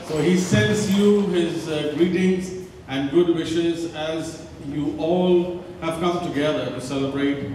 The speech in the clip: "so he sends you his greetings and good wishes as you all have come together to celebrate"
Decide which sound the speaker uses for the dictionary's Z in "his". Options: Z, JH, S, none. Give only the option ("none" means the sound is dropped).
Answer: Z